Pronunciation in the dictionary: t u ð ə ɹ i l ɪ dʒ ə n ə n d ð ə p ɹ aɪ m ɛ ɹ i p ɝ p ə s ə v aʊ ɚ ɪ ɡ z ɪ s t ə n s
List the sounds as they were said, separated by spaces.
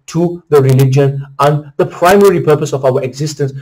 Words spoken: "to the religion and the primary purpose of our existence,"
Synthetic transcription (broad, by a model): t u ð ə ɹ i l ɪ dʒ ə n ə n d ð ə p ɹ aɪ m ɛ ɹ i p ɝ p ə s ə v aʊ ɚ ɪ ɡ z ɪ s t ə n s